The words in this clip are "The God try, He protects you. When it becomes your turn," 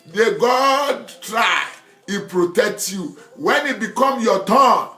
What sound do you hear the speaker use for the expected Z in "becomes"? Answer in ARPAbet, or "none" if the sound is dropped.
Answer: none